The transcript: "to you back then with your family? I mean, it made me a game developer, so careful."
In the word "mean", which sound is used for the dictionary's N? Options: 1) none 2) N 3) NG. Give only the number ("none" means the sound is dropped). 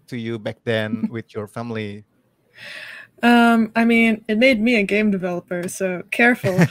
2